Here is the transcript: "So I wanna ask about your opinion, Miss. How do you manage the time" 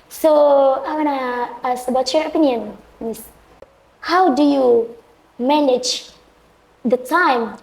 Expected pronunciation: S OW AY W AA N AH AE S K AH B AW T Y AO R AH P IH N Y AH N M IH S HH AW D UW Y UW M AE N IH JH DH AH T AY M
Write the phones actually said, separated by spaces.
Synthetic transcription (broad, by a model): S OW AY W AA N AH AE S AH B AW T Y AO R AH P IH N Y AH N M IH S HH AW D UW Y UW M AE N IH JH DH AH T AY M